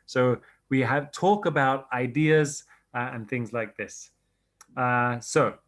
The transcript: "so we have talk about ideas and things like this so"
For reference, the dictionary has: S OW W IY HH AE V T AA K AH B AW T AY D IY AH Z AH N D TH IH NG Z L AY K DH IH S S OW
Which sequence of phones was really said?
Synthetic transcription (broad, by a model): S OW W IY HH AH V T AA K AH B AW T AY D IY AH Z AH N TH IH NG Z L AY K DH IH S S OW